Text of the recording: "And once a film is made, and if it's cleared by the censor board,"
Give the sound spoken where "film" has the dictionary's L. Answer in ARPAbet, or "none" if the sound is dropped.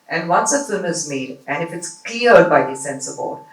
none